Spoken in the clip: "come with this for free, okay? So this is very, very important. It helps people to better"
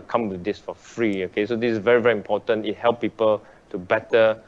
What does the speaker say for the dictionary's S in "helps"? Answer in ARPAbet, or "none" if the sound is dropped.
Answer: none